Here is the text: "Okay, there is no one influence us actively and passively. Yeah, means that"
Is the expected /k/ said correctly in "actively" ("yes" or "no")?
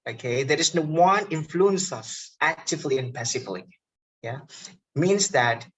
yes